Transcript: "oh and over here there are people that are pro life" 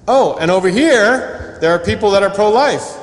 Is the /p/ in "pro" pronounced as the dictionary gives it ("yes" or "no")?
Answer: yes